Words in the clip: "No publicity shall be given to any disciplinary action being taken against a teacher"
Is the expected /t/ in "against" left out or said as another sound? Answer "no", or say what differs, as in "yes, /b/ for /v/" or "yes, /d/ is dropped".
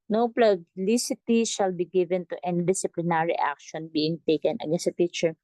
yes, /t/ is dropped